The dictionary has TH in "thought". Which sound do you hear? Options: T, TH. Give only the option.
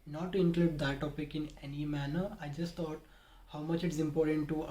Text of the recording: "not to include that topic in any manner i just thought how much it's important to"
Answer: T